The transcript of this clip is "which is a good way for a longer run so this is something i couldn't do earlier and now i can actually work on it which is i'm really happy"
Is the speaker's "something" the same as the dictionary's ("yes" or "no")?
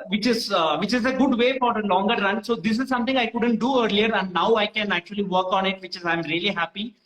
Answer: no